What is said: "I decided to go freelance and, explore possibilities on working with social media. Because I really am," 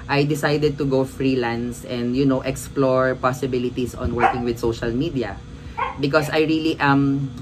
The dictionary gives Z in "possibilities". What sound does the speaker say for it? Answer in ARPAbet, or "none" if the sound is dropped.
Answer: S